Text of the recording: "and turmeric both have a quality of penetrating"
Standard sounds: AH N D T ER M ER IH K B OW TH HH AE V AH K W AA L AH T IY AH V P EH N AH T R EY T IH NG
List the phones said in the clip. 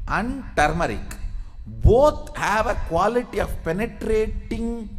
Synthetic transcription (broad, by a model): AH N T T M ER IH K B OW T HH AE V AH K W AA L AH T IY AH V P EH N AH T R EY T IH NG